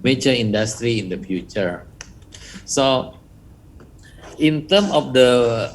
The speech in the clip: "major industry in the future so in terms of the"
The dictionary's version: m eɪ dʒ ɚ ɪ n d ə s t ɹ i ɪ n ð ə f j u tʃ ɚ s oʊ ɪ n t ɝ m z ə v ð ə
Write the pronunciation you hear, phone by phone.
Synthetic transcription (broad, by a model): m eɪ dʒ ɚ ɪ n d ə s t ɹ i ɪ n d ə f j u tʃ ɚ s oʊ ɪ n t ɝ m ə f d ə